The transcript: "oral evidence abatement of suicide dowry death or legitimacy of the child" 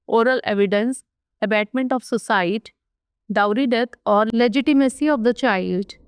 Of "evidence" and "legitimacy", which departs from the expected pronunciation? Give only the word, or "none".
none